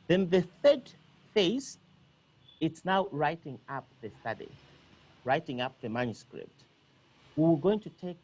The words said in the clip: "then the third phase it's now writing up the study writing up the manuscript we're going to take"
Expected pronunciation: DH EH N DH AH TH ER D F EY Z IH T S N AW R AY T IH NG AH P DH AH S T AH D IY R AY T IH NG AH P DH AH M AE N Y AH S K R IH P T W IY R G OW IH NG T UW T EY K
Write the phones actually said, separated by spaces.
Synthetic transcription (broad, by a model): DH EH N DH AH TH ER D F EY S IH T S N AW R AY T IH NG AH P DH AH S T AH D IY R AY T IH NG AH P DH AH M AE N Y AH S K R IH P T W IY W G OW IH NG T UW T EY K